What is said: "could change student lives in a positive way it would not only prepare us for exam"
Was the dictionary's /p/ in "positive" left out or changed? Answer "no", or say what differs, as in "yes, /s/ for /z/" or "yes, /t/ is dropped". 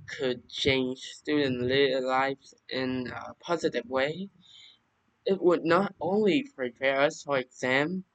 no